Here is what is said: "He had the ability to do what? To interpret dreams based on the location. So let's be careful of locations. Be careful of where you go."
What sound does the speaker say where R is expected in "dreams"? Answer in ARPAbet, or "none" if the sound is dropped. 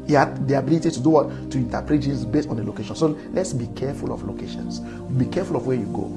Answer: none